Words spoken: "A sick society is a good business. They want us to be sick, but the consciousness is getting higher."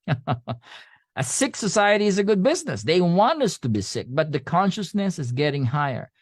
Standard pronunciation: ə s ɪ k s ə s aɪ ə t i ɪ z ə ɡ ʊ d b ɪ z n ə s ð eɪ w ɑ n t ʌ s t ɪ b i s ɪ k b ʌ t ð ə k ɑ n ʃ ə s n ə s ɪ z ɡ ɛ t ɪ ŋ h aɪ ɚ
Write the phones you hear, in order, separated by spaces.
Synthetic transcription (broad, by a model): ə s ɪ k s ə s aɪ ə t i ɪ z ə ɡ ʊ d b ɪ z n ə s ð eɪ w ɑ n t ʌ s t ɪ b i s ɪ k b ʌ t ð ə k ɑ n ʃ ə s n ə s ɪ z ɡ ɛ t ɪ ŋ h aɪ ɚ